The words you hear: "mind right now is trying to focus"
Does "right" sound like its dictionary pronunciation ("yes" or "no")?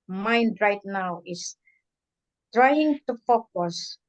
yes